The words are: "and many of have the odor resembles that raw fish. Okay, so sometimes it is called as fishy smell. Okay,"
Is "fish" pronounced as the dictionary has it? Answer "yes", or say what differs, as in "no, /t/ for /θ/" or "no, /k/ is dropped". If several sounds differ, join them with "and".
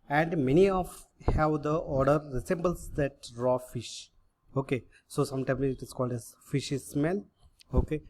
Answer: yes